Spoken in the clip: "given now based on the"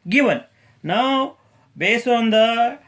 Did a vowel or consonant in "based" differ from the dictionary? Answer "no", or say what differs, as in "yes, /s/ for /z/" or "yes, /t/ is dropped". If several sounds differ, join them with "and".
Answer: yes, /t/ is dropped